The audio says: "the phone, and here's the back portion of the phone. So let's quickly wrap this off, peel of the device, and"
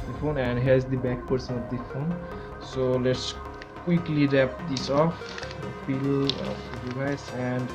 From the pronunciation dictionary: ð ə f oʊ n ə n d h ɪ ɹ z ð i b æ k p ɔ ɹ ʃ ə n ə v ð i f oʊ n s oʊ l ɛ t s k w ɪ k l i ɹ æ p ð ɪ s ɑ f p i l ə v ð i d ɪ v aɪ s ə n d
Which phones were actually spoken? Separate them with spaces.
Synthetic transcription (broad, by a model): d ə f oʊ n ə n d h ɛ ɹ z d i b æ k p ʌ ɹ s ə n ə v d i f oʊ n s oʊ l ɛ t s k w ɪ k l i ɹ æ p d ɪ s ɑ f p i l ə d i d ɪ ɪ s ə n d